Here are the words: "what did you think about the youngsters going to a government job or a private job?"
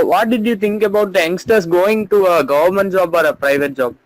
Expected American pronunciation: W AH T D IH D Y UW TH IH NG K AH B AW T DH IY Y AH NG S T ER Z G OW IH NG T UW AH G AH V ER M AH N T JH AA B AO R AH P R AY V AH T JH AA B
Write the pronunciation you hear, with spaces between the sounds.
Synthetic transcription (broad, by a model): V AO T D IH D Y UW T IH NG K AH B AW T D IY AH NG S T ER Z G OW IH NG T UW AH G AH V ER M AH N T JH AA B AO R AH P R AY V AH T JH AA B